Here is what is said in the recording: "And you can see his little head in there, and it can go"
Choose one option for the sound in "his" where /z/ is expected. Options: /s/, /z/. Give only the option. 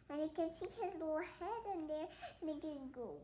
/z/